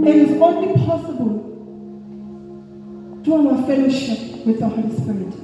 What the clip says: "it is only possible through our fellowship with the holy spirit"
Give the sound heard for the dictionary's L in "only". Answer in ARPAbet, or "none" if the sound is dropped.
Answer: none